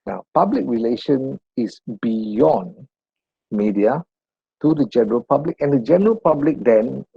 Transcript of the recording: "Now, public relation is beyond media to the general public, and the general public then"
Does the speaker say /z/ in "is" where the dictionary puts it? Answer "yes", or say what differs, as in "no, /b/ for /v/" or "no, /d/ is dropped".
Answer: no, /s/ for /z/